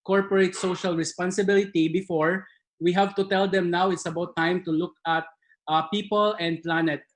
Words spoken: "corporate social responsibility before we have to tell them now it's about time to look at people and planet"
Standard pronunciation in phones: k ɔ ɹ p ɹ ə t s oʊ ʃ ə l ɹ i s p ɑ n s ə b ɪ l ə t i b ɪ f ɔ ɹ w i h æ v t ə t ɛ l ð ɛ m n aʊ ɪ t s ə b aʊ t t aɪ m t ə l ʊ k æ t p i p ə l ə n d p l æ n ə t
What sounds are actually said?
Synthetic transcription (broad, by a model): k ɔ ɹ p ɹ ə t s oʊ ʃ ə l ɹ i s p ɑ n s ə b ɪ l ə t i b ɪ f ɔ ɹ w i h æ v t ə t ɛ l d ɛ m n aʊ ɪ t s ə b aʊ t t aɪ m t ə l ʊ k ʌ t p i p ə l ə n d p l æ n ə t